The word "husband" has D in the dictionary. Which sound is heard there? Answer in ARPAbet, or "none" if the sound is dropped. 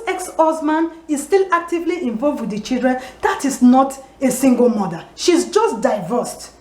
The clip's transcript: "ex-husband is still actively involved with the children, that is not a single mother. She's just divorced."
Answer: none